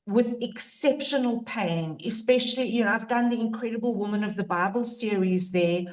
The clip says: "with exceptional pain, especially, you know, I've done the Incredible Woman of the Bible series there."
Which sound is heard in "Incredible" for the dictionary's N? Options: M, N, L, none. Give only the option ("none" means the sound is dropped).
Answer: N